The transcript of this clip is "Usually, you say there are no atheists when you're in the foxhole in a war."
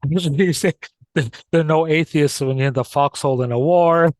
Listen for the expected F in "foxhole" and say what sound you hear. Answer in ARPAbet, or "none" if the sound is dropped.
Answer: F